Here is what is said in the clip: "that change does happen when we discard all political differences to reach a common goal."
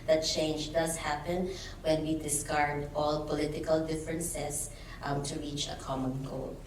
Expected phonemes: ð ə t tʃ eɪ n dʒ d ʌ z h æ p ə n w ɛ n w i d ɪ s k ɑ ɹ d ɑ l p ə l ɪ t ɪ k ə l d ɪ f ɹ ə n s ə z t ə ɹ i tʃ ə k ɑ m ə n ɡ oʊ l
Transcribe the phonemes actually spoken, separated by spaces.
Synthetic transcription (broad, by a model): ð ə t tʃ eɪ n dʒ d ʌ s h æ p ə n w ɛ n w i d ɪ s k ɑ ɹ d ɑ l p ə l ɪ t ɪ k ə l d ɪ f ɹ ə n s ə s t ə ɹ i tʃ ə k ɑ m ə n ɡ oʊ l